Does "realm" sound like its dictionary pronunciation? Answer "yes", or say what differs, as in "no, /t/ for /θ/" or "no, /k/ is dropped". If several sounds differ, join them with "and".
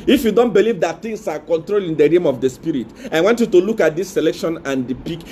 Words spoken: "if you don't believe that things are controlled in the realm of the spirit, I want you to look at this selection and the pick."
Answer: no, /l/ is dropped